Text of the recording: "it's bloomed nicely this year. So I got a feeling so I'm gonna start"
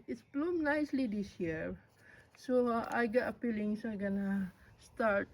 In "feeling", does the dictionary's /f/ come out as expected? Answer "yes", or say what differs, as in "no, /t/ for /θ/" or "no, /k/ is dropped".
no, /p/ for /f/